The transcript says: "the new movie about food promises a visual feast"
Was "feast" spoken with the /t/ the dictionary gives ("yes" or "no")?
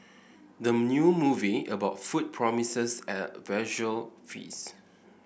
no